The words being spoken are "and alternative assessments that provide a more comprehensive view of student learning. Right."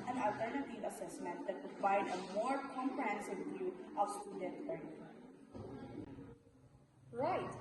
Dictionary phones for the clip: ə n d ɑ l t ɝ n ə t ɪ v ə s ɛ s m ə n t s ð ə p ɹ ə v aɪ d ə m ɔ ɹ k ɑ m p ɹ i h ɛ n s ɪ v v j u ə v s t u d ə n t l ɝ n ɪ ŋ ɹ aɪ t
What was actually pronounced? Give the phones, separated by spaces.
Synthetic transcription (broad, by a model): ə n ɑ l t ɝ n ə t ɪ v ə s ɛ s m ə n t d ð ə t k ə f aɪ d ə m ɔ ɹ k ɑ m p ɹ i h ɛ n s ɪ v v j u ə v s t u d ə n t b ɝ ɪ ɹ ɹ aɪ t